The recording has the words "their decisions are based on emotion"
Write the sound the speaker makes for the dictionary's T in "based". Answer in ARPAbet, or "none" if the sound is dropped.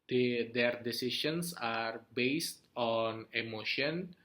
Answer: T